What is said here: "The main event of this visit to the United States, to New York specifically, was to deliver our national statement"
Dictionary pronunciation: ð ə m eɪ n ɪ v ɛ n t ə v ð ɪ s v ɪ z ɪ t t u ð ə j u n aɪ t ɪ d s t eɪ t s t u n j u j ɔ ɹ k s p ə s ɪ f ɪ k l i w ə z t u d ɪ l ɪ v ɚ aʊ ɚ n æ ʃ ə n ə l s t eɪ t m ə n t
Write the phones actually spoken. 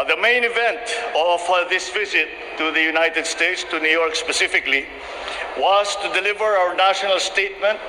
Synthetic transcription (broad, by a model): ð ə m eɪ n ɪ v ɛ n t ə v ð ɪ s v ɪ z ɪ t t u ð ə j u n aɪ t ɪ d s t eɪ t s t u n j u j ɔ ɹ k s p ə s ɪ f ɪ k l i w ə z t u d ɪ l ɪ v ɚ aʊ ɚ n æ ʃ ə n ə l s t eɪ t m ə n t